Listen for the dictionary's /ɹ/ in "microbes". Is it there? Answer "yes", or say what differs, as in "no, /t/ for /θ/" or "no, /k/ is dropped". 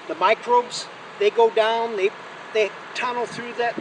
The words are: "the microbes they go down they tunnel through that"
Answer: yes